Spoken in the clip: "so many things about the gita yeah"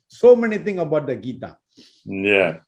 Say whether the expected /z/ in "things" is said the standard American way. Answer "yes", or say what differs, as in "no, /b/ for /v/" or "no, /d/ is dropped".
no, /z/ is dropped